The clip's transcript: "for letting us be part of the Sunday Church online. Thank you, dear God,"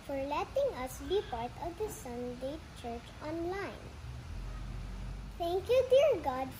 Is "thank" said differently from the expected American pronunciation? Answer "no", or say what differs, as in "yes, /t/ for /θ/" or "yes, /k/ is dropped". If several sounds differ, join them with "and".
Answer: yes, /t/ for /θ/